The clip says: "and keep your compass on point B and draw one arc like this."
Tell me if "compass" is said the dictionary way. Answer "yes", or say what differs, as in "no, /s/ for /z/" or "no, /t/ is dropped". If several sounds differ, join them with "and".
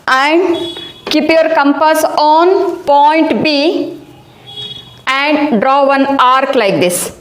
yes